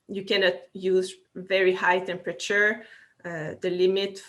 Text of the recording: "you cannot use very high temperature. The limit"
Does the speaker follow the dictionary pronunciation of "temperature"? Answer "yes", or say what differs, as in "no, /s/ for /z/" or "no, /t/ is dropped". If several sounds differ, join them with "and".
yes